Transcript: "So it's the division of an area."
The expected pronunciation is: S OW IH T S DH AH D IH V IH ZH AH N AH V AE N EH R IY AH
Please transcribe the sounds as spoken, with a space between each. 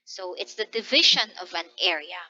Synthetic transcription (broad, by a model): S OW IH T S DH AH D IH V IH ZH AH N AH V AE N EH R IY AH